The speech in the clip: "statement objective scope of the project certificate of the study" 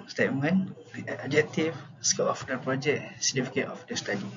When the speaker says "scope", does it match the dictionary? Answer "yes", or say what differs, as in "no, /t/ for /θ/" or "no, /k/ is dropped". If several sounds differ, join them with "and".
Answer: no, /p/ is dropped